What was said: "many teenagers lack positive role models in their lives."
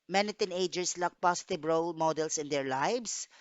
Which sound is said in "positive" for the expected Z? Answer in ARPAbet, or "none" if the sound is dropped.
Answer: S